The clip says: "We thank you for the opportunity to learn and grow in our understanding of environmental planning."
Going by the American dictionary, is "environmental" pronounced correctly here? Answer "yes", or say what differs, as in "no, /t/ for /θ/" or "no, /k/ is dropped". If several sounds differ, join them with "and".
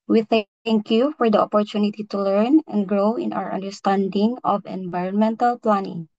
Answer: yes